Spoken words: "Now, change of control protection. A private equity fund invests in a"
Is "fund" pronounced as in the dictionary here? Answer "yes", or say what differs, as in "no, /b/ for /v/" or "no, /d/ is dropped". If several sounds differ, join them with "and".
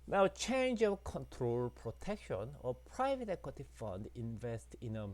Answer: yes